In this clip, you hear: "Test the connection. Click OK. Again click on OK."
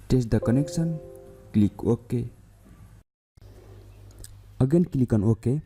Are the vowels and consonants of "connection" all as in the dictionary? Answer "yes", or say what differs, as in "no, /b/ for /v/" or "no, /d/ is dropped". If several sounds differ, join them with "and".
no, /s/ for /ʃ/